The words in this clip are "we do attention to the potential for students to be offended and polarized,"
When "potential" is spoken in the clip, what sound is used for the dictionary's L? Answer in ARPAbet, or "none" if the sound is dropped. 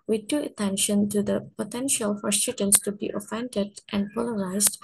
L